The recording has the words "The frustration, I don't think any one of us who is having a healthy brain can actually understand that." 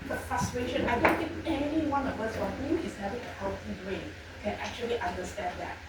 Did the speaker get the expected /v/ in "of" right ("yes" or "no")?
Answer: no